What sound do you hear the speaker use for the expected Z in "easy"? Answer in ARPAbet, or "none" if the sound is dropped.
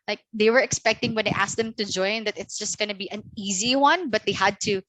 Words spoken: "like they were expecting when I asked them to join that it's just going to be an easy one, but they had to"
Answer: Z